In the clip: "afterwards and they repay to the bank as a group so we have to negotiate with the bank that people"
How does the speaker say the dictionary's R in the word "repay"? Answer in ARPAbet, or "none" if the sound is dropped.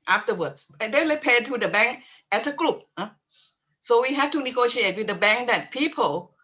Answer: L